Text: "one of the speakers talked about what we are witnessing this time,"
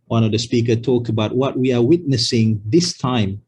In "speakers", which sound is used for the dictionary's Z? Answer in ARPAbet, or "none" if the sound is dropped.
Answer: none